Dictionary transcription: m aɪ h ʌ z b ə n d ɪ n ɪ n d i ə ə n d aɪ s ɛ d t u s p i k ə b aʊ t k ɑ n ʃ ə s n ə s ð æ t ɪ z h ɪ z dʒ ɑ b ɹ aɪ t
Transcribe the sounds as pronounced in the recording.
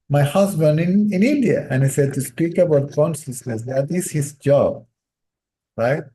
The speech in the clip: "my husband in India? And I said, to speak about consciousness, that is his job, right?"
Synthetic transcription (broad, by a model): m aɪ h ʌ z b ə n d ɪ n ɪ n d i ə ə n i s ɛ d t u s p i k ə b aʊ t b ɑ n s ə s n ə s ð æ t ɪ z h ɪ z dʒ ɑ b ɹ aɪ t